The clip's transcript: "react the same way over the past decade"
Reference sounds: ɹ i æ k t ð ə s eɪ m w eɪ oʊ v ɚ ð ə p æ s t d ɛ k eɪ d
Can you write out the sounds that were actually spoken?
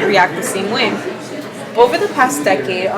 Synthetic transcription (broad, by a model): ɹ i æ k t ð ə s eɪ m w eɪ oʊ v ɚ ð ə p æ s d ɛ k eɪ d